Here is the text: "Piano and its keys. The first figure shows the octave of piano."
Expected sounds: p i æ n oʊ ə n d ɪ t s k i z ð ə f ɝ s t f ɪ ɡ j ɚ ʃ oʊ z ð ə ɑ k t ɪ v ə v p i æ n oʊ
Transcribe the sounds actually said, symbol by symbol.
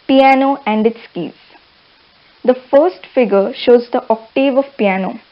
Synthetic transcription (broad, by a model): p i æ n oʊ ə n d ɪ t s k i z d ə f ɝ s t f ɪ ɡ ɚ ʃ oʊ z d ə ɑ k t ɪ v ə v p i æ n oʊ